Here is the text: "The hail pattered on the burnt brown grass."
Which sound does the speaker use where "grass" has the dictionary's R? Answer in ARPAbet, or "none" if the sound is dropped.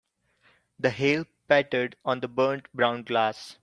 L